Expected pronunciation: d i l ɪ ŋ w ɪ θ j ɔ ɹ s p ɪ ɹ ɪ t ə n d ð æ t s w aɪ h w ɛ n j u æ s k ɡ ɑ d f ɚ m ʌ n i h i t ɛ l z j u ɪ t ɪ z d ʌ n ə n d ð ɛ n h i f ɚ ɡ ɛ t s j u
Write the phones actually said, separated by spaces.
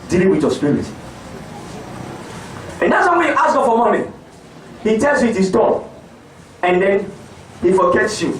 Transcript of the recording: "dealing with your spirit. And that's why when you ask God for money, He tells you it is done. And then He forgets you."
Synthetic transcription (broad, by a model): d i l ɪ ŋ w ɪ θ j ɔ s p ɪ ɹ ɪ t ə n d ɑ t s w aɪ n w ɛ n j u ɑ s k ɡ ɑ f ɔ m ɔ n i h i t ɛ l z j u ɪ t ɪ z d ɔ ə n d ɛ n h i f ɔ ɡ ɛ t s j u